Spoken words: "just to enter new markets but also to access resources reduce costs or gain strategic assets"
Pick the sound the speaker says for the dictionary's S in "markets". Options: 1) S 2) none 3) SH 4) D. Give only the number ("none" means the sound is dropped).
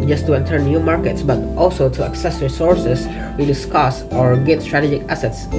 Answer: 1